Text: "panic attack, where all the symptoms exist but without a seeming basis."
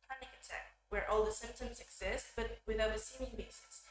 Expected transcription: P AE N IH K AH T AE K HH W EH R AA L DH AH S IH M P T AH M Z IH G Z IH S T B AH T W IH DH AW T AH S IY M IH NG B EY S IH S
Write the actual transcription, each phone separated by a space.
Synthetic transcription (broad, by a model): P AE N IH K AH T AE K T W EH R AA L DH AH S IH M P T AH M Z IH G Z IH S T B AH T W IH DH AW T AH S IY M IH NG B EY S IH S